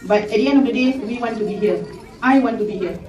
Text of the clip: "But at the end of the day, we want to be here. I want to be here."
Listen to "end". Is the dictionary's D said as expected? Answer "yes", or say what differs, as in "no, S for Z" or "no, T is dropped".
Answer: no, D is dropped